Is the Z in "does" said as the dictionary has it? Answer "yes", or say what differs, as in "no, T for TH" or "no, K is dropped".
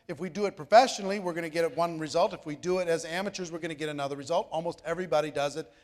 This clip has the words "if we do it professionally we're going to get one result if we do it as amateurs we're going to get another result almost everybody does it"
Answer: yes